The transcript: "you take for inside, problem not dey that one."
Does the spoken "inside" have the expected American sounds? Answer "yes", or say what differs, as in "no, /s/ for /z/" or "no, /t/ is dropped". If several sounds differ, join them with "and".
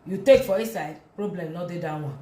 no, /n/ is dropped